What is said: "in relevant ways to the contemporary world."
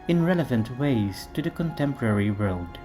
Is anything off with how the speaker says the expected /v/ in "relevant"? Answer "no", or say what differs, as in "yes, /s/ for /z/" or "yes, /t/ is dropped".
no